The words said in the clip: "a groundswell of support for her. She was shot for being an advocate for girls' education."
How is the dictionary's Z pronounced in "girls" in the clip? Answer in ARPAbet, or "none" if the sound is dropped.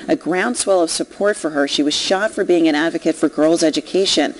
Z